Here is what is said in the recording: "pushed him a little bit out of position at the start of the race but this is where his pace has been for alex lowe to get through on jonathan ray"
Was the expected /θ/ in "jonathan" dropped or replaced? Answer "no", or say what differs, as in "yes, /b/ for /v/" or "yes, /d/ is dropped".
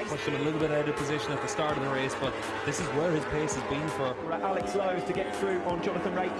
no